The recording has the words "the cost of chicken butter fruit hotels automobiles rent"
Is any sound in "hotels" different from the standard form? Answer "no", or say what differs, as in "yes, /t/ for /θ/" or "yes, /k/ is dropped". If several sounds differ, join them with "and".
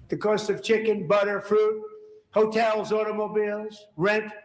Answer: no